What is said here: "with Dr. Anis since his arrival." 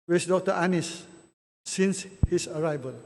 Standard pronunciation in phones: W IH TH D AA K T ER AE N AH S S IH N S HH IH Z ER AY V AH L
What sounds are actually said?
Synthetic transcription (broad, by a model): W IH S D AA K T ER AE N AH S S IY N S HH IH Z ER AY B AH L